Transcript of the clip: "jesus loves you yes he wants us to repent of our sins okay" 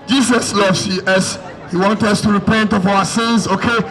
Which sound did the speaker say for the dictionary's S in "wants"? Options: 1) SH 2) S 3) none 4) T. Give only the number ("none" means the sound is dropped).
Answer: 3